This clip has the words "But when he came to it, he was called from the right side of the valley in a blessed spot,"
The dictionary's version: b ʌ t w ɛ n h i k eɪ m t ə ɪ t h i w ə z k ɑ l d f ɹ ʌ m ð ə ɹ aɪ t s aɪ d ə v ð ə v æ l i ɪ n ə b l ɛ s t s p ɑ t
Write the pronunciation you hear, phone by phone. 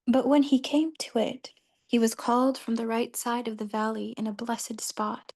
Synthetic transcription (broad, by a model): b ʌ t w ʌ n i k eɪ m t ə ɪ t h i w ə z k ɑ l d f ɹ ʌ m ð ə ɹ aɪ t s aɪ d ə v ð ə v æ l i ɪ n ə b l ɛ s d s p ɑ t